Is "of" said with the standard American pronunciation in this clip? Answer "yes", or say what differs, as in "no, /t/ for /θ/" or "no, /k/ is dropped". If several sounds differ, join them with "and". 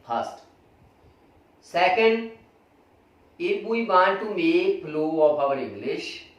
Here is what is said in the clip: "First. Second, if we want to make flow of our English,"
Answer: no, /p/ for /v/